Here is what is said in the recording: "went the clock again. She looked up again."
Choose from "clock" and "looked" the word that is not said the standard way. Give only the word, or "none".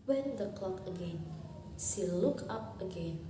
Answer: looked